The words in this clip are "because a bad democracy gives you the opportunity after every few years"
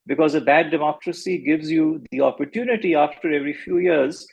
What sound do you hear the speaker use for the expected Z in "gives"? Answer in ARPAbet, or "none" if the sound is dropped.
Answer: Z